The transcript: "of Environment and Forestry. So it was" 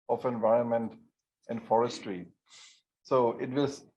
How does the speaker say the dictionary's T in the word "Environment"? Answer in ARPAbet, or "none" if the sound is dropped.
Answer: T